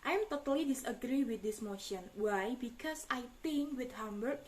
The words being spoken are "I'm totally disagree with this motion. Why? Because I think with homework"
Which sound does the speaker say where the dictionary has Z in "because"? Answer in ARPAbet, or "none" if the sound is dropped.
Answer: S